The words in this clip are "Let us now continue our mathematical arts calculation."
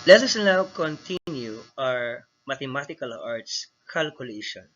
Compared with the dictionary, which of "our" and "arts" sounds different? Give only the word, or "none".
none